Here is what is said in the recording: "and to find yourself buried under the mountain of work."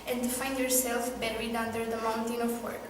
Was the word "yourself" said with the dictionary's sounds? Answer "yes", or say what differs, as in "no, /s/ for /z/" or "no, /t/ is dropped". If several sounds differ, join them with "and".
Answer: yes